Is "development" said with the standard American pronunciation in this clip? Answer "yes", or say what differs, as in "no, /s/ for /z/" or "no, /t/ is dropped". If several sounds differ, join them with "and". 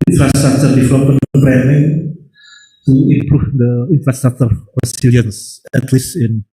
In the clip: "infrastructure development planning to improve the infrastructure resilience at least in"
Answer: no, /m/ is dropped